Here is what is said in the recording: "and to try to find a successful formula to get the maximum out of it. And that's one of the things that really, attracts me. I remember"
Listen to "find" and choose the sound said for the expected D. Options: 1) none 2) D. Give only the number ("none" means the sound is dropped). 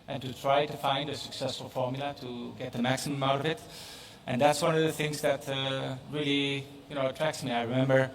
2